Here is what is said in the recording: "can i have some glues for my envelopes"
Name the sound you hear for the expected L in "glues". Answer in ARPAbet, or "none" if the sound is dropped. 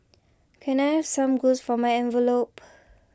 none